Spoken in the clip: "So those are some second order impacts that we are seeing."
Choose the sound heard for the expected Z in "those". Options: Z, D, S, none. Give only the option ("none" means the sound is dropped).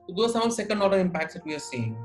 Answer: none